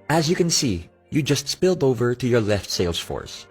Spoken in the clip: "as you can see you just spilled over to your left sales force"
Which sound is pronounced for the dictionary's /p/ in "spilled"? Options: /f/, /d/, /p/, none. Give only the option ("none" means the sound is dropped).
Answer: /p/